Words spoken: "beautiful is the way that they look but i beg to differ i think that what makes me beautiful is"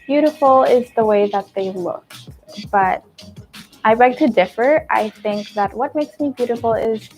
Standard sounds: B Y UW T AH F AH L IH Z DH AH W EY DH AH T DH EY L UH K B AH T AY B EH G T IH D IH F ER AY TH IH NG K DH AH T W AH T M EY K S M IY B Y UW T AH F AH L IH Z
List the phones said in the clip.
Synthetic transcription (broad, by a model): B Y UW T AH F L IH Z DH AH W EY DH AH T DH EY L UH K B AH T AY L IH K T IH D IH F ER AY TH IH NG K DH AH T W AH T M EY K S M IY B Y UW T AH F L IH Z